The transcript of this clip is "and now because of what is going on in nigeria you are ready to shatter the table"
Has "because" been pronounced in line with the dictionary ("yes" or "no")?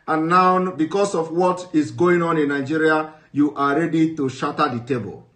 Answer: no